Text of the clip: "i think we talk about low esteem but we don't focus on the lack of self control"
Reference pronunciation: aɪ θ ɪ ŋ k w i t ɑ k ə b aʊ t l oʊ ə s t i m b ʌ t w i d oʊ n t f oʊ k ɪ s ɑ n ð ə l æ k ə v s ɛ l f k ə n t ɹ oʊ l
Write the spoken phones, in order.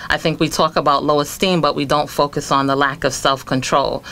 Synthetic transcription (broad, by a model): aɪ θ ɪ ŋ k w i t ɑ k ə b aʊ t l oʊ ə s t i m b ʌ t w i d oʊ n t f oʊ k ɪ s n ð ə l æ k ə v s ɛ l f k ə n t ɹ oʊ l